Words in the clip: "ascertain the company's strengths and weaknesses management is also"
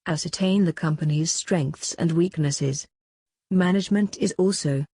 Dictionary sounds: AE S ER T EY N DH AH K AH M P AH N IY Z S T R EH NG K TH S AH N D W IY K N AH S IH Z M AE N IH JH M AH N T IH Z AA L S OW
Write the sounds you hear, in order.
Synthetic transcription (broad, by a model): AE S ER T EY N DH AH K AH M P AH N IY Z S T R EH NG K TH S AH N W IY K N AH S IH Z M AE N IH JH M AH N T IH Z AA L S OW